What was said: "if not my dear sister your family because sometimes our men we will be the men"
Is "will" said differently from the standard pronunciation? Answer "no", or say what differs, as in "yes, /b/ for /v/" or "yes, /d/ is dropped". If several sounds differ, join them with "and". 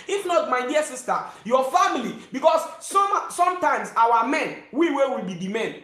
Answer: yes, /w/ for /l/